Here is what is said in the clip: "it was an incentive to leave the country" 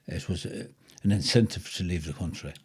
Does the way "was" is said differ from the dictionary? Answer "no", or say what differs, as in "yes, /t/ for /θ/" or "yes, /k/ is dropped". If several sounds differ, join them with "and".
no